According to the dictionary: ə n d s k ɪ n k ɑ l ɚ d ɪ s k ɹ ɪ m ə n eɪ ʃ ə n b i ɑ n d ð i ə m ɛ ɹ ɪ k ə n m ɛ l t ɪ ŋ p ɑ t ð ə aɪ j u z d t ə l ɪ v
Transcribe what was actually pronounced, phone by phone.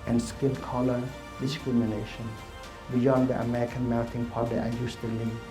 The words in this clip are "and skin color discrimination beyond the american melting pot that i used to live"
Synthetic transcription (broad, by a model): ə n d s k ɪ l k ɑ l ɚ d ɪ s k ɹ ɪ m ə n eɪ ʃ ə n b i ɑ n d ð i ə m ɛ ɹ ɪ k ə n m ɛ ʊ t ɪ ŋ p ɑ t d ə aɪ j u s t ə l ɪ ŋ